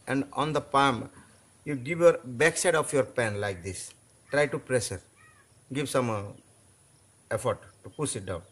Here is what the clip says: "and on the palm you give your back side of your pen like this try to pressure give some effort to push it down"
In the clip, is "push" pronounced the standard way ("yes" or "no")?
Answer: no